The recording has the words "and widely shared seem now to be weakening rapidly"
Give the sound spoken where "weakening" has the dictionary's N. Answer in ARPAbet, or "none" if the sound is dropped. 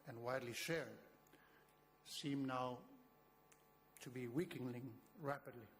L